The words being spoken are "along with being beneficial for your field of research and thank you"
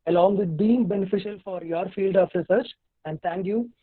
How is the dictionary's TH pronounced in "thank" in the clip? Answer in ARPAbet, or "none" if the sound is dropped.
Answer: T